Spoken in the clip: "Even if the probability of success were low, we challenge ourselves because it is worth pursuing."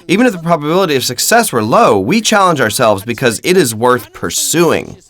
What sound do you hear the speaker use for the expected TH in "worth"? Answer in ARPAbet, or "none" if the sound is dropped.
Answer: TH